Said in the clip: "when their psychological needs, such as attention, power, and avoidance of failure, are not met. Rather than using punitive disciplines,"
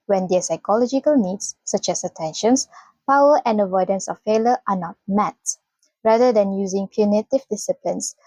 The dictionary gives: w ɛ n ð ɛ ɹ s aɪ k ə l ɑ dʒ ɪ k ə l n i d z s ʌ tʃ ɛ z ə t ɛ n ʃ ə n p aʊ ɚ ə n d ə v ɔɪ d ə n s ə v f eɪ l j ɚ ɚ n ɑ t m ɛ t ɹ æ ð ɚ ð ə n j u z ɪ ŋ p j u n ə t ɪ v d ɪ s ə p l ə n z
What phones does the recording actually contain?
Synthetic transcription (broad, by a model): w ɛ n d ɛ s aɪ k ə l ɑ dʒ ɪ k ə l n i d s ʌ tʃ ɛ s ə t ɛ n ʃ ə n p aʊ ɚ ə n d ə v ɔɪ d ə n s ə f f eɪ l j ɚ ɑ n ɑ t m ɛ t ɹ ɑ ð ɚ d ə n j u z ɪ ŋ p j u n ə t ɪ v d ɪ s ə p l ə n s